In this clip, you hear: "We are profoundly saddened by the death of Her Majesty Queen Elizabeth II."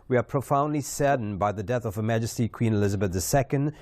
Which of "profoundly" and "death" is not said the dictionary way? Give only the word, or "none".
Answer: none